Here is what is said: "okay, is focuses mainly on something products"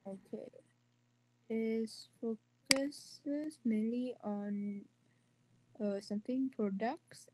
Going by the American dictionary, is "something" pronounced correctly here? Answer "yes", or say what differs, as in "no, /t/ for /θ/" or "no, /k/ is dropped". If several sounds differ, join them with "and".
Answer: no, /t/ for /θ/